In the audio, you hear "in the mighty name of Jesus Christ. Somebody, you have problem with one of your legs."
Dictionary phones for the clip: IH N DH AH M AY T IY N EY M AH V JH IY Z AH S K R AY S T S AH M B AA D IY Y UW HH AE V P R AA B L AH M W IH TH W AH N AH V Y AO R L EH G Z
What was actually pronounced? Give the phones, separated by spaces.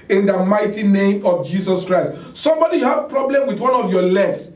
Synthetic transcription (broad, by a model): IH N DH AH M AY T IY N EY M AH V JH IY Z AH S K R AY S T S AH M B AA D IY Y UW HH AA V P R AA B L AH M W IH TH W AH N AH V Y AO L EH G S